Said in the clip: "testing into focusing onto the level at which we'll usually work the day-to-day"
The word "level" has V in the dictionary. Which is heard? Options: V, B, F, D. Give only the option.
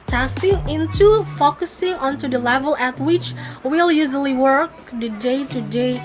V